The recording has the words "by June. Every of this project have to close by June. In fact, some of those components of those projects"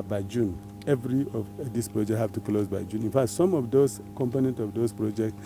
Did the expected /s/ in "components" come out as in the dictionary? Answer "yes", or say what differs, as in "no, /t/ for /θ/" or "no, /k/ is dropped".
no, /s/ is dropped